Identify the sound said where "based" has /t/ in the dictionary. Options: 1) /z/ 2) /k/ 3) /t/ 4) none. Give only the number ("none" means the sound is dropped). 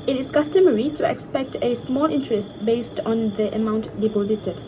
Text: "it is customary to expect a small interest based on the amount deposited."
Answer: 3